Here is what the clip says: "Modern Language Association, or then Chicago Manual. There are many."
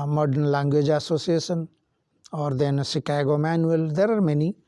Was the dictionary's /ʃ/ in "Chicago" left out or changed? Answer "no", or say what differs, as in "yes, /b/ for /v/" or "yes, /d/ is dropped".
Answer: yes, /s/ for /ʃ/